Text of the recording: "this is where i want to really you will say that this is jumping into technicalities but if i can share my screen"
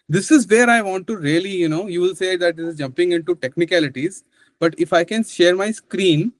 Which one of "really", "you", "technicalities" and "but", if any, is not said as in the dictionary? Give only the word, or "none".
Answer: really